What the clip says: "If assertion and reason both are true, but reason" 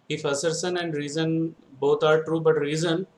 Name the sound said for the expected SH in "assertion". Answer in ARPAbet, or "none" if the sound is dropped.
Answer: S